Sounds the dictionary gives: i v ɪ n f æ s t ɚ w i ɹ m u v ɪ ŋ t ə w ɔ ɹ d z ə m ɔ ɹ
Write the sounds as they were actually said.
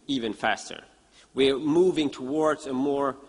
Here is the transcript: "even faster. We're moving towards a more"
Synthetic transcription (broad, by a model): i v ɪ n f æ s t ɚ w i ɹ m u v ɪ ŋ t ə w ɔ ɹ d z ə m ɔ ɹ